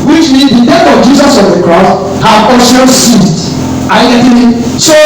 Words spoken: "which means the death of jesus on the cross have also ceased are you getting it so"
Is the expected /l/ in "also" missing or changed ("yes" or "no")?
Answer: yes